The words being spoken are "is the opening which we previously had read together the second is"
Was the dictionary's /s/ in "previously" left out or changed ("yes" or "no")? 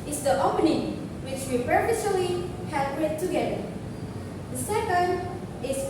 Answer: yes